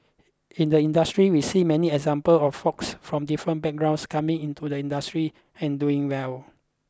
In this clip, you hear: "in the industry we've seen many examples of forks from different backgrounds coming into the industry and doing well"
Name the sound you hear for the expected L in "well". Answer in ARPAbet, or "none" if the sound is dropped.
L